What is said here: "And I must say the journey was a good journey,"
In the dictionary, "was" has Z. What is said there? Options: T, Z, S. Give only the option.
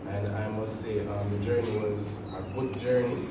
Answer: Z